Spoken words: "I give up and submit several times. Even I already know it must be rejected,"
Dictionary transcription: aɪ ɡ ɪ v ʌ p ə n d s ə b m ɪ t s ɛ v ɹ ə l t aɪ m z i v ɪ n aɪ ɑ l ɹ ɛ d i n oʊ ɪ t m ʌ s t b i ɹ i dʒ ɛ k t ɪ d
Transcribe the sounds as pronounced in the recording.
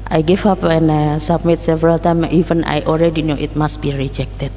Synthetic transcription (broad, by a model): aɪ ɡ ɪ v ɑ p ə n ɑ s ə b m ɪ t s ɛ v ɹ ə l t aɪ m i v ɪ n aɪ ɑ l ɹ ɛ d i n oʊ ɪ t m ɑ s t b i ɹ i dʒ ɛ k t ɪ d